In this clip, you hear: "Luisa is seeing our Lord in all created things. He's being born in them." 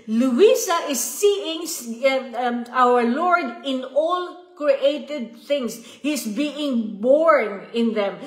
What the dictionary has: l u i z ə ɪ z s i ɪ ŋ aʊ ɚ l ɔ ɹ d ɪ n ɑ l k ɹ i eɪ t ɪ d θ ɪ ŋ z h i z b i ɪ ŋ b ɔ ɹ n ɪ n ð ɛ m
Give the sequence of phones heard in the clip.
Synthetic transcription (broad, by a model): l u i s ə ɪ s i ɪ ŋ aʊ ɚ l ɔ ɹ d ɪ n ɑ l k ɹ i eɪ t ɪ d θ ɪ ŋ s h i s b i ɪ ŋ b ɔ ɹ n ɪ n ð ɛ m